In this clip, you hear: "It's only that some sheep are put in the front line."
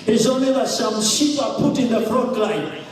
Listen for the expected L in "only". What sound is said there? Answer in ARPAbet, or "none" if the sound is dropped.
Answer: none